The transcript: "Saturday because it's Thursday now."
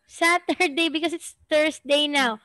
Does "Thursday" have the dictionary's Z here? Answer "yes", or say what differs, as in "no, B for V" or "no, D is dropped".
no, S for Z